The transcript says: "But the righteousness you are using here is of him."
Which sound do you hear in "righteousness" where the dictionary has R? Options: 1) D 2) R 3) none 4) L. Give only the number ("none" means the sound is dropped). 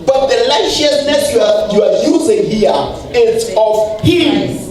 4